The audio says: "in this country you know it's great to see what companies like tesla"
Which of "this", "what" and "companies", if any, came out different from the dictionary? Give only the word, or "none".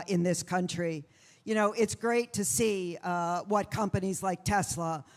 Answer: none